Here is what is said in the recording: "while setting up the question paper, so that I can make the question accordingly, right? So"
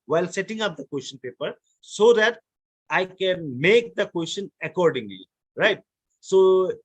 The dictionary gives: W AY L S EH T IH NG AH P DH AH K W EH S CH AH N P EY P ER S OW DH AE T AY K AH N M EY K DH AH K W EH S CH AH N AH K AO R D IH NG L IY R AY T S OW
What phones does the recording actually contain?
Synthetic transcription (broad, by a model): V AY L S EH T IH NG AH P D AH K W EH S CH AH N P EY P ER S OW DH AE T AY K AH N M EY K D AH K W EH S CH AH N AH K AO R D IH NG L IY R AY T S OW